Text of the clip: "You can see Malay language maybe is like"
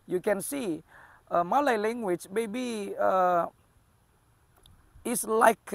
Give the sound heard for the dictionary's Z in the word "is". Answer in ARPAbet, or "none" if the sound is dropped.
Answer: S